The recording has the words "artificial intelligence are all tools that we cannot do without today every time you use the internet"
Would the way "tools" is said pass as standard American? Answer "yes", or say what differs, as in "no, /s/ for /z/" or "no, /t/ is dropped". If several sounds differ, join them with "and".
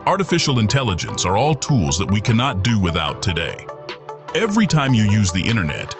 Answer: yes